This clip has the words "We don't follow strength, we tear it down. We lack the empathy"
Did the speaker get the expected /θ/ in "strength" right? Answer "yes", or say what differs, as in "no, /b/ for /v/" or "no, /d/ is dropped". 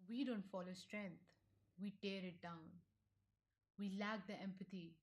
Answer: no, /t/ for /θ/